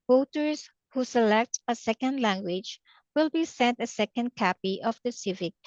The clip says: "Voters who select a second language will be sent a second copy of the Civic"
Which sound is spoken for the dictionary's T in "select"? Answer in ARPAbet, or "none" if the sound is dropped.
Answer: T